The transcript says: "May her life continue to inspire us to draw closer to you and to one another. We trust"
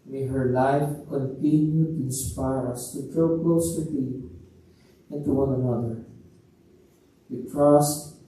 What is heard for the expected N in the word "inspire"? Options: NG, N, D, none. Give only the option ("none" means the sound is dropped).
N